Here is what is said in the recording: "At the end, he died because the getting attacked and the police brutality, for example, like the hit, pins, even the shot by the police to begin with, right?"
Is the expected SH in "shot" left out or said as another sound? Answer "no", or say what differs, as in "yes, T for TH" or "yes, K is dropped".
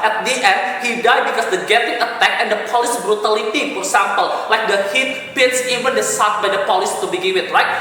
yes, S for SH